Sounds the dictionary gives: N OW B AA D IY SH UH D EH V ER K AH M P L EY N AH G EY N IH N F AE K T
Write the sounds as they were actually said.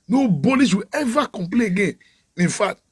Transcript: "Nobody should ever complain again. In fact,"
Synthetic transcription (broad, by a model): N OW B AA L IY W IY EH V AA K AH M P L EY AH G EY N IH N F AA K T